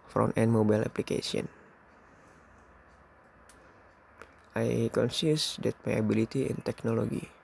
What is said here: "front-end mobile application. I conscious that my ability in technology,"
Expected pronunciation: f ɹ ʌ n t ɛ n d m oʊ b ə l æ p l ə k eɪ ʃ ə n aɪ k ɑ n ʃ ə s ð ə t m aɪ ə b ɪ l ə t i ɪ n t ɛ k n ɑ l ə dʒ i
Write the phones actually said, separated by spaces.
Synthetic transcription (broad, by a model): f ɹ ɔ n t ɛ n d m oʊ b ə l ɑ p l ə k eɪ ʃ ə n aɪ k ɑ n s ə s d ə t m aɪ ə b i l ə t i ɪ n t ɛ k n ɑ l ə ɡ i